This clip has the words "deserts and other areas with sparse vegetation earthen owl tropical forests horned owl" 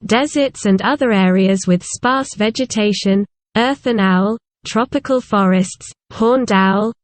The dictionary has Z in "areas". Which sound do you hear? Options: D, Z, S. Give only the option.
Z